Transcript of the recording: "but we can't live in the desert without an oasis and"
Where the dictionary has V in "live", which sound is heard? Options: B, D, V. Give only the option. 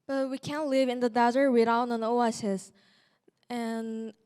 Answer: V